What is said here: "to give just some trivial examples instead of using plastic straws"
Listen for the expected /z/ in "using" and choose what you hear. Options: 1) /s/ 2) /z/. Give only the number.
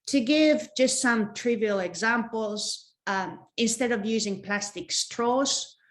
2